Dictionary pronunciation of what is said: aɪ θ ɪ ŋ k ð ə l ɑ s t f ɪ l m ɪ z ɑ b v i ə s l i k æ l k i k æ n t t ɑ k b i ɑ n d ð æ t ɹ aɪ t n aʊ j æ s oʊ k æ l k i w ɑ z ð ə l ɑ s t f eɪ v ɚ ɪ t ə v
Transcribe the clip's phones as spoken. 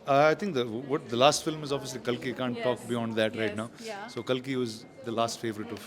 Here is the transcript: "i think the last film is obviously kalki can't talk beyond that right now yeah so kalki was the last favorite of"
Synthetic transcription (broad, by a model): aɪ t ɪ ŋ k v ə l ɑ s t f ɪ l m ɪ z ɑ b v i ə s l i k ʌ l k i k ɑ n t t ɑ k b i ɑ n d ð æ t ɹ aɪ t n aʊ s oʊ k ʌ l k i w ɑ z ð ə l ɑ s t f eɪ v ɚ ɪ t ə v